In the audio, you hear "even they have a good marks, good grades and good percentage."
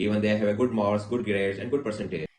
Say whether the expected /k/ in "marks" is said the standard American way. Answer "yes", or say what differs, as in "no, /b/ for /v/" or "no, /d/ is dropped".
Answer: no, /k/ is dropped